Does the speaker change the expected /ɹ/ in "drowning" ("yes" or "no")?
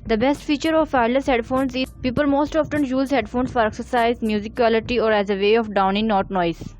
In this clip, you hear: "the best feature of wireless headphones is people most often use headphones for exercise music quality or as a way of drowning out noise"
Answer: yes